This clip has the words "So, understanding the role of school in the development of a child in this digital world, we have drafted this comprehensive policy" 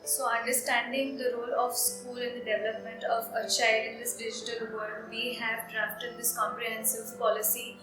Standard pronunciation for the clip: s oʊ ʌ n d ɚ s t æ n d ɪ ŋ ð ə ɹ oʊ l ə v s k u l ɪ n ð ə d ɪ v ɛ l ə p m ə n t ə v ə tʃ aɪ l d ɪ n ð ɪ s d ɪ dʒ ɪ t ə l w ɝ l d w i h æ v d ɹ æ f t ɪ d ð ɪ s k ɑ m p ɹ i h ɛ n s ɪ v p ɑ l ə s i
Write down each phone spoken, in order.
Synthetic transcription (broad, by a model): s oʊ ʌ n d ɚ s t æ n d ɪ ŋ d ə ɹ oʊ l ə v s k u l ɪ n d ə d ɪ v ɛ l ə p m ə n t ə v ə tʃ aɪ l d ɪ n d ɪ s d ɪ dʒ ɪ t ə l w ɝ d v i h æ v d ɹ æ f t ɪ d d ɪ s k ɑ m p ɹ i h ɛ n s ɪ v p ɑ l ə s i